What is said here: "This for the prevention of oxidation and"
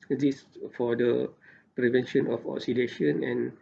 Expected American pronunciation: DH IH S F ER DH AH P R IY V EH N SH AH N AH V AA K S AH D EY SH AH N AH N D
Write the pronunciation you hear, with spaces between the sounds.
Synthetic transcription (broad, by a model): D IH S F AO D AH P R IY V EH N SH AH N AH F AA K S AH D EY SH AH N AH N